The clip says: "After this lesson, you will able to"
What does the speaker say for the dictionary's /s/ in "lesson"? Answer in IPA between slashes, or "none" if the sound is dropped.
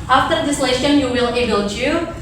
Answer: /ʃ/